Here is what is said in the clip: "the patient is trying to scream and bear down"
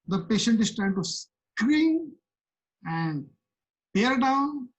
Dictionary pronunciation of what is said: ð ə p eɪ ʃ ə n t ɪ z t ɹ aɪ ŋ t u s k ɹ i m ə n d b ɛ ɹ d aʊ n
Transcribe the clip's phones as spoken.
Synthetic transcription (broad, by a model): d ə p eɪ ʃ ə n t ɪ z t ɹ aɪ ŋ t u s k ɹ i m ə n d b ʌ ɹ d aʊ n